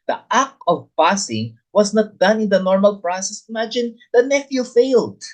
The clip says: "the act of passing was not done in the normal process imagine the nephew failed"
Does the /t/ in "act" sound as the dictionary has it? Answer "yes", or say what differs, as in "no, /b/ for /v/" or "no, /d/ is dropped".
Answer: no, /t/ is dropped